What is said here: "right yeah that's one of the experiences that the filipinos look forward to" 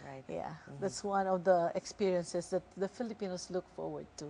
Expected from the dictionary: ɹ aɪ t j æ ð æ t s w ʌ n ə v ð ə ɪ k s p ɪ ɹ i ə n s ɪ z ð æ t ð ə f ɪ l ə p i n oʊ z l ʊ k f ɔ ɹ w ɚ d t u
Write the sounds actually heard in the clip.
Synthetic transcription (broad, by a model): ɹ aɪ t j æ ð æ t s w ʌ n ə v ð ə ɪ k s p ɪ ɹ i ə n s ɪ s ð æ t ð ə f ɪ l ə p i n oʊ s l ʊ k f ɔ ɹ w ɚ d t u